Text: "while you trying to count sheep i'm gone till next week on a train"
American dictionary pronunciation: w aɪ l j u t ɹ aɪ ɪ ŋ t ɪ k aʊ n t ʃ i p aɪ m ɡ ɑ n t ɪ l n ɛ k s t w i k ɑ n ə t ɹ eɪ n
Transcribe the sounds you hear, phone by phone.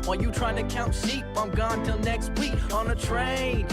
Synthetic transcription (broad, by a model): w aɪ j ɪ t ɹ aɪ ɪ ŋ t ɪ k aʊ n t s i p aɪ m ɡ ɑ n t ɪ l n ɛ k s t w i k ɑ n ə t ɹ eɪ n